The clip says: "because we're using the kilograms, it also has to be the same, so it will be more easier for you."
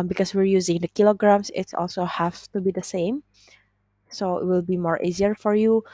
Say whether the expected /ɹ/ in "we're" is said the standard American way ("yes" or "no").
yes